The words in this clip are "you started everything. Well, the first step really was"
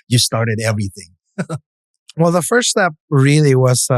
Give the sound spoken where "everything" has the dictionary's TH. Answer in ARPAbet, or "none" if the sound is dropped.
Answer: TH